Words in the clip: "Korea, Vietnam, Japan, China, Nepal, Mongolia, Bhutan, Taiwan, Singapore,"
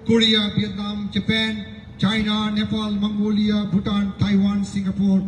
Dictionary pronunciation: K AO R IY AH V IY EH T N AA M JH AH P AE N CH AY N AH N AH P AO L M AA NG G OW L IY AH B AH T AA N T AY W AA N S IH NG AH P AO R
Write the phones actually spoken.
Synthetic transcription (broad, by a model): K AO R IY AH B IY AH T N AA M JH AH P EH N CH AY N AH N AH P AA L M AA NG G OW L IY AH B AH T AA N T AY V AA N S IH NG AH P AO R